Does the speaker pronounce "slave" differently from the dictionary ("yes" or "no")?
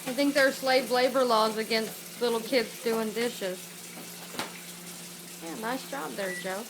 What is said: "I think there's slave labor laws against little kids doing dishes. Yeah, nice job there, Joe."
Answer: no